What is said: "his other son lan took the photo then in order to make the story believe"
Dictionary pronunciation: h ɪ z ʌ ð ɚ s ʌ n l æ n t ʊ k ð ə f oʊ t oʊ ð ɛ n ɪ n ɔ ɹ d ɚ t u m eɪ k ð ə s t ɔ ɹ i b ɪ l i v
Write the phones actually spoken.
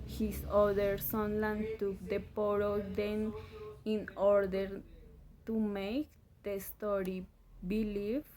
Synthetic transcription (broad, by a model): h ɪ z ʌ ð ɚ s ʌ n l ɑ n t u k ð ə p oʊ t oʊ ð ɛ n ɪ n ɔ ɹ d ɚ t u m eɪ k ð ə s t ɔ ɹ i b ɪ l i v